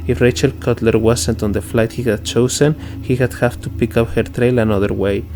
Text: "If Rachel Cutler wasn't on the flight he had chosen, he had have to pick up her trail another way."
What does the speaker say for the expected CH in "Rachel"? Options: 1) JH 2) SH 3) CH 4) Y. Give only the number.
3